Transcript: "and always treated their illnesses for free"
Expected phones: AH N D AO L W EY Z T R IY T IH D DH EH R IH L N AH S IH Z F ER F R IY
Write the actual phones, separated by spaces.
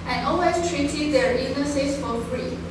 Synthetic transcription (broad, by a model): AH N AO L W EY S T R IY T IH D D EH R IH N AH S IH S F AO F R IY